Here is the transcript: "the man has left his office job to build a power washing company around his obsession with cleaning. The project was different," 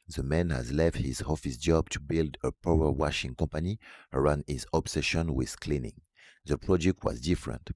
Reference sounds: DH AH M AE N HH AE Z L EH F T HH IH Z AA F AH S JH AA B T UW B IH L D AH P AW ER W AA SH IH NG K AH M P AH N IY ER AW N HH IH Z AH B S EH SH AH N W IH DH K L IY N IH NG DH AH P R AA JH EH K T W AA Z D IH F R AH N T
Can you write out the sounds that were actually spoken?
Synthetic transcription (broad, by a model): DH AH M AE N HH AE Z L EH F T HH IH Z AA F AH S JH AA B T UW B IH L D AH P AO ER W AA SH IH NG K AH M P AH N IY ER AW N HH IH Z AH B S EH SH AH N W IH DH K L IY N IH NG DH AH P R AA JH EH K T W AA Z D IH F R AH N T